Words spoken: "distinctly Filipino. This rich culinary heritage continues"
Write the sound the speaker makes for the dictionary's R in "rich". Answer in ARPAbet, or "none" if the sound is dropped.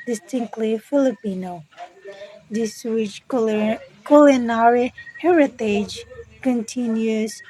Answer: W